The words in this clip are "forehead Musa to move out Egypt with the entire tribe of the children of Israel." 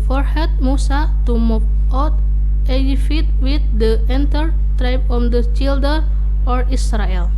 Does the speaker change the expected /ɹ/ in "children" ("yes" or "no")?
yes